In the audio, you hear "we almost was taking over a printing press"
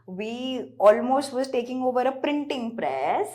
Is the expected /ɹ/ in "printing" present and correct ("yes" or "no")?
yes